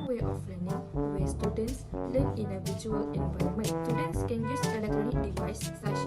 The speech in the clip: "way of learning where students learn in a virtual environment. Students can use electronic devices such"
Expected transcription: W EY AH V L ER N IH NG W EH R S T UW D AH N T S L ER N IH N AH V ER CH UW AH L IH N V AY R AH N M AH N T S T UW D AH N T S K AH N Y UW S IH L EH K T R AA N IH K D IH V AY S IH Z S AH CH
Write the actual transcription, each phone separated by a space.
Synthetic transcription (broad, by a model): W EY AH F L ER N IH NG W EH S T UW D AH N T S L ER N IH N AH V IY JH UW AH L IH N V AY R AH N M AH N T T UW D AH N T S K AH N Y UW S IH L EH K T R AA N IH K D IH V AY S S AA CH